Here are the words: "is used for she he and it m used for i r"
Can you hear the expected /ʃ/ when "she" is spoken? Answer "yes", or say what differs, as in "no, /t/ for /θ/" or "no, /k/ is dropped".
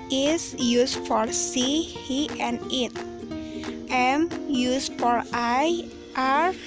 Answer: no, /s/ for /ʃ/